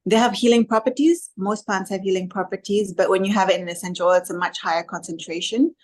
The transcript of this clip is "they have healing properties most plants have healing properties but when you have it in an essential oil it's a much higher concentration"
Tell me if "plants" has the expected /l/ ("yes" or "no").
no